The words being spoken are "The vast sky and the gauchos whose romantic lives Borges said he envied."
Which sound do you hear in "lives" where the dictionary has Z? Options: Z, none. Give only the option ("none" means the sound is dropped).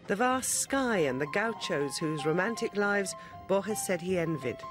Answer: Z